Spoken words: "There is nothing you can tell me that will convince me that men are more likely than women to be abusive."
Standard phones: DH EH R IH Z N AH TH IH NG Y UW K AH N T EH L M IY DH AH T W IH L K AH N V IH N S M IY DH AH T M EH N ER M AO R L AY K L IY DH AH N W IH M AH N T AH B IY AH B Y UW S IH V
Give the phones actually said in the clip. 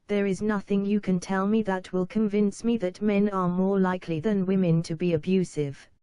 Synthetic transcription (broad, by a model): DH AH R IH Z N AH TH IH NG Y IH K AH N T EH L M IY DH AH T W IH L K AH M V IH N S M IY DH AH T M EH N ER M AO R L AY K L IY DH AH N W IH M AH N T AH B IY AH B Y UW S IH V